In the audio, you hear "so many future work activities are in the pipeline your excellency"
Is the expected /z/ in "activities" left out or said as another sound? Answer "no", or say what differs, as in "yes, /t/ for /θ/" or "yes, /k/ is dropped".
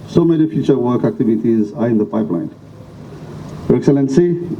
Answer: no